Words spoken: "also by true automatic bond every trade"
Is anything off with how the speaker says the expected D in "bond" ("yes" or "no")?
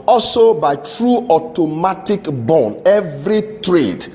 yes